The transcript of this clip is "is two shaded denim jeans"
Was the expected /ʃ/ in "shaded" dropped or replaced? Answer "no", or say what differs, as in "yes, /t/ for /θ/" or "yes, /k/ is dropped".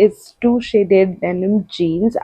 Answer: no